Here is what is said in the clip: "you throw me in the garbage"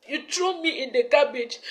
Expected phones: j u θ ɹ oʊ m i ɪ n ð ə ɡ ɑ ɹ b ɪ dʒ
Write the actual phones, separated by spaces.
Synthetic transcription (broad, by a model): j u t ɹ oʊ m i ɪ n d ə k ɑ b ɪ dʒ